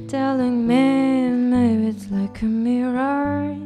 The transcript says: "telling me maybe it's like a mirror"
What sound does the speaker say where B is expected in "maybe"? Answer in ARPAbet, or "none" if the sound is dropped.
none